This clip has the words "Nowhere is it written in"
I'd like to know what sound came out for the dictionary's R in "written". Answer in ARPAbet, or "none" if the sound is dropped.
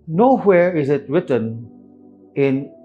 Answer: R